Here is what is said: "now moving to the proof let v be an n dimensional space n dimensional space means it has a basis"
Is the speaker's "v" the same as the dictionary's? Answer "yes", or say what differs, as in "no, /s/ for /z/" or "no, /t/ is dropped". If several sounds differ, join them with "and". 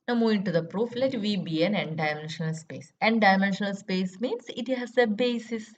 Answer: yes